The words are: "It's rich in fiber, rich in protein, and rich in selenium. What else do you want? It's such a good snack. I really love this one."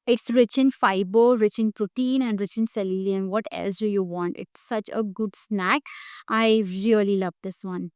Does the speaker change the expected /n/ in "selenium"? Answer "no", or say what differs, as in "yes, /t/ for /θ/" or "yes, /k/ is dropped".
yes, /l/ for /n/